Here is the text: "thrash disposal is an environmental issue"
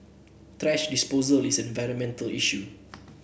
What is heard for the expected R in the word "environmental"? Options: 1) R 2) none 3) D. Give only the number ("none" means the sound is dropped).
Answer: 1